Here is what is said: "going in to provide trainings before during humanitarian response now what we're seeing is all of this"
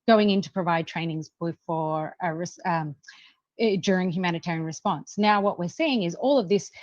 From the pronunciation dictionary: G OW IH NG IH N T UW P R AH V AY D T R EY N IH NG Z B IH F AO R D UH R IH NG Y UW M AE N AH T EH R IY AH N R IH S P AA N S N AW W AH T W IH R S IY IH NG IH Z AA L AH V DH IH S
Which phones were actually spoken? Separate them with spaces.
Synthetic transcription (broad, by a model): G OW IH NG IH N T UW P R AH V AY D T R EY N IH NG Z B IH F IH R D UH R IH NG Y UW M AE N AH T EH R IY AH N R IH S P AA N S N AW W AH T W IH R S IY IH NG IH Z AA L AH V DH IH S